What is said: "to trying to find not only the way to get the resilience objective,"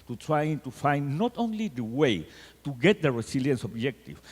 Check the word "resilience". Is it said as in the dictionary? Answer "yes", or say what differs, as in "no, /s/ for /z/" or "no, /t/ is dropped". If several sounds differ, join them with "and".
no, /s/ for /z/